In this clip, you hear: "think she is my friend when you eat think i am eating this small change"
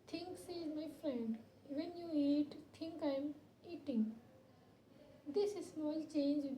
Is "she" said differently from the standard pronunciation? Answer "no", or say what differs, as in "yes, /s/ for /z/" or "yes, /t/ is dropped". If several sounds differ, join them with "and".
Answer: yes, /s/ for /ʃ/